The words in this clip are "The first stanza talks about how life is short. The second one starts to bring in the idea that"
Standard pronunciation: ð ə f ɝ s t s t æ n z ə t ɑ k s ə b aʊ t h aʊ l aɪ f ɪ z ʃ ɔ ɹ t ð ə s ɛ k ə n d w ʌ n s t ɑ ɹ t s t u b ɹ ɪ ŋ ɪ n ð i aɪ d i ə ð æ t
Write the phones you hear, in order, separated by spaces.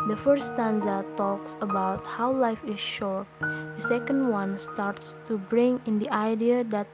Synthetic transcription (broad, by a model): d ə f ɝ t s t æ n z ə t ɑ k s ə b aʊ t h aʊ l aɪ f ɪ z ʃ ɔ ɹ t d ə s ɛ k ə n d w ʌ n s t ɑ ɹ t s t u b ɹ ɪ ŋ ɪ n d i aɪ d i ə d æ t